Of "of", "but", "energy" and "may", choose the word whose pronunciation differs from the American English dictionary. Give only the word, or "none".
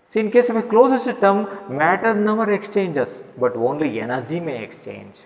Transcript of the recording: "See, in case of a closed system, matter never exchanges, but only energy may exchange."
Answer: of